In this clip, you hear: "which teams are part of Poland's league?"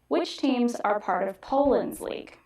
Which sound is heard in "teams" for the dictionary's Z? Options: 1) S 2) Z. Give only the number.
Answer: 2